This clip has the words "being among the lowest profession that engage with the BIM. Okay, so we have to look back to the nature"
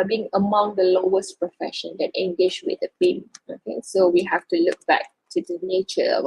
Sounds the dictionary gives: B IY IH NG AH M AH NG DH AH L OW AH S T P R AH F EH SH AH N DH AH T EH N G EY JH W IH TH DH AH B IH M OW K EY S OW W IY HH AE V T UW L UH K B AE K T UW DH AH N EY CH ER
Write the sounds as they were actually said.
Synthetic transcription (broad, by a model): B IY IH NG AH M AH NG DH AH L OW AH S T P R AH F EH SH AH N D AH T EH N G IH SH W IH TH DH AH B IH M OW K EY S OW W IY HH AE F T UW L UH K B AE K T UW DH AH N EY CH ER